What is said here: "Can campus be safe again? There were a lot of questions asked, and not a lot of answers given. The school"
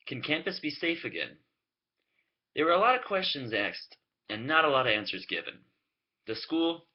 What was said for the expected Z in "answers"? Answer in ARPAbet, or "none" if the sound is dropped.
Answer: Z